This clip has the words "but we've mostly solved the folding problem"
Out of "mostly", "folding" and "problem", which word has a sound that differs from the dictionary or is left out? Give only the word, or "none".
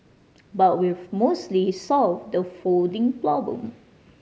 problem